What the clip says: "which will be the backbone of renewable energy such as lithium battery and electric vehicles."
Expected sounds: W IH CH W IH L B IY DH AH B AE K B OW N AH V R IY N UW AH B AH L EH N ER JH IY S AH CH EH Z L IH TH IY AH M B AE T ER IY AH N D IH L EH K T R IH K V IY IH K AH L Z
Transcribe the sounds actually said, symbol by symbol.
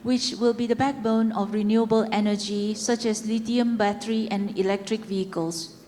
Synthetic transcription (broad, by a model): W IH CH W IH L B IY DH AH B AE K B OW N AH F R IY N UW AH B AH L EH N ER JH IY S AH CH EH S L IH T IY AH M B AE T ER IY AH N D IH L EH K T R IH K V IY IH K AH L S